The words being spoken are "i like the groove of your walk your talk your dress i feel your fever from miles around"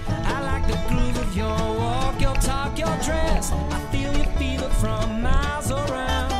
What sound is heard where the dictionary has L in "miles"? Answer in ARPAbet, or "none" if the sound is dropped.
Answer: none